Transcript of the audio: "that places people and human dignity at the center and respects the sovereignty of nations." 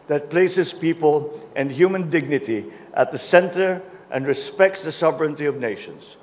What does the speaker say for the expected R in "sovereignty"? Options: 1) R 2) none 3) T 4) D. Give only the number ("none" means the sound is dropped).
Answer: 1